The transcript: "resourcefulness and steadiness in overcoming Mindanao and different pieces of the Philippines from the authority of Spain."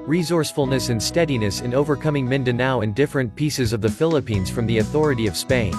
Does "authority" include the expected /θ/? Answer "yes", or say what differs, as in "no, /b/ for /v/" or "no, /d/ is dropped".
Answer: yes